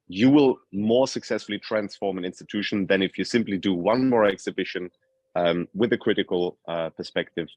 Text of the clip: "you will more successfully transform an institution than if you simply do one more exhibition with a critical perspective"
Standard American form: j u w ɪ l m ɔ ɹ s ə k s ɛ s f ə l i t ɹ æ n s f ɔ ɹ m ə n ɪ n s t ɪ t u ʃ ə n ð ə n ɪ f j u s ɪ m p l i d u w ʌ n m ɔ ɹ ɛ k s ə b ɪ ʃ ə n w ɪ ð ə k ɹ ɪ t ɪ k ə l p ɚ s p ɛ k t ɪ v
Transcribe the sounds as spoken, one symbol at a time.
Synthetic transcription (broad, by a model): j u w ɪ l m ɔ ɹ s ə k s ɛ s f ə l i t ɹ æ n s f ɔ ɹ m ə n ɪ n s t ɪ t u ʃ ə n ð ə n ɪ f j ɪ s ɪ m p l i d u w ʌ n m ɔ ɹ ɛ k s ə b ɪ ʃ ə n w ɪ ð ə k ɹ ɪ t ɪ k ə l p ɚ s p ɛ k t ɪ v